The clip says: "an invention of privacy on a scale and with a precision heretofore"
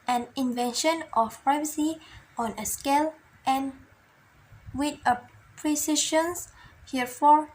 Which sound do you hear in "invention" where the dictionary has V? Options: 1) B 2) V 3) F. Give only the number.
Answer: 2